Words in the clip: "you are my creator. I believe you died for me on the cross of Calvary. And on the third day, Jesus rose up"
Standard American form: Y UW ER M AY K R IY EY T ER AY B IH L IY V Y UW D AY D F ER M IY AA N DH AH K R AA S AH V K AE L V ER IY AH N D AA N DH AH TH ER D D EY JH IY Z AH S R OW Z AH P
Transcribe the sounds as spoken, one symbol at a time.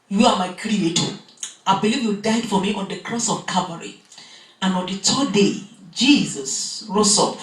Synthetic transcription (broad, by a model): Y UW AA M AY K R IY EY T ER AY B IH L IY V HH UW D AY D F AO M IY AA N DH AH K R AA S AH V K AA V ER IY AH N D AA N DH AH T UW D D EY JH IY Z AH S R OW S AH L